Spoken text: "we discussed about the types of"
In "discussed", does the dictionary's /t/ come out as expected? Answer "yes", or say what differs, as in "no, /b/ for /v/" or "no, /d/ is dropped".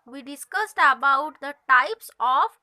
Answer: yes